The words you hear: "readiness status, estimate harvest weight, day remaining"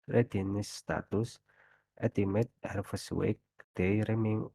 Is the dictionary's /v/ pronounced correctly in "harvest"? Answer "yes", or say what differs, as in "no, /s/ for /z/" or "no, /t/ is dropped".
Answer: no, /f/ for /v/